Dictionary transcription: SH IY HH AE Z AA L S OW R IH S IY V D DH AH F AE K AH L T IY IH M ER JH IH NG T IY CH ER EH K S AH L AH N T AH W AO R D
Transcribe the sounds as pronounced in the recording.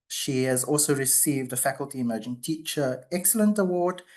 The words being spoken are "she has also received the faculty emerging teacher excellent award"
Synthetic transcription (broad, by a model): SH IY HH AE Z AA L S OW R IH S IY V D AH F AE K AH L T IY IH M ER JH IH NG T IY CH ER EH K S AH L AH N T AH W AO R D